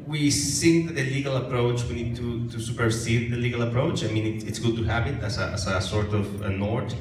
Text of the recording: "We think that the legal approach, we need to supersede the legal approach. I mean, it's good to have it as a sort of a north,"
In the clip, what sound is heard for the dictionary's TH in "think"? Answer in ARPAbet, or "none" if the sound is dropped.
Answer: S